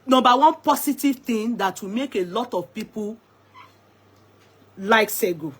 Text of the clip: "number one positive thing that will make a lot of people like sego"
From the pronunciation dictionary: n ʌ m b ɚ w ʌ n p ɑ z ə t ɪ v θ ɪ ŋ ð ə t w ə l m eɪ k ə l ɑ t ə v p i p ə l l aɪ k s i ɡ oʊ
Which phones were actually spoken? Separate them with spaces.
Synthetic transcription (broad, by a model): n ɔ m b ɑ w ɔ n p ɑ s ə t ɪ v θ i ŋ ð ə t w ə m eɪ k ə l ɑ t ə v p i p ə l l aɪ k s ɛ ɡ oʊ